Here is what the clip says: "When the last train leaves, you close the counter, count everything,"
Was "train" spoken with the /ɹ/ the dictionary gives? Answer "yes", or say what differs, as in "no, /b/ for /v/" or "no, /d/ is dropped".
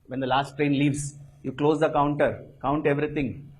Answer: yes